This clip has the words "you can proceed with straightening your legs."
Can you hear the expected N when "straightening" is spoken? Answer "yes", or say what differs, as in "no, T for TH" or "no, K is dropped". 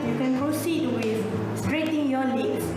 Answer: no, N is dropped